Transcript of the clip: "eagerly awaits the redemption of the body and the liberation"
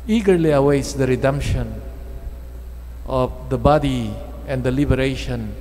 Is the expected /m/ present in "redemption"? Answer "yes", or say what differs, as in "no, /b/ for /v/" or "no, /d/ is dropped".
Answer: yes